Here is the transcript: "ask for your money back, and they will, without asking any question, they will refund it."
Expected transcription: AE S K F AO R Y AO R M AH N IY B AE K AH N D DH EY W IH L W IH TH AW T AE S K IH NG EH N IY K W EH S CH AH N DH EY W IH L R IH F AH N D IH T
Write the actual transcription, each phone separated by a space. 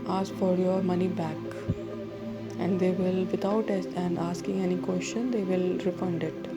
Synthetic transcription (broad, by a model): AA S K F AO R Y AO R M AH N IY B AE K AH N D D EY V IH L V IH T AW T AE S K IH NG EH N IY K W EH S CH AH N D EY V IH L R IH F AH N D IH T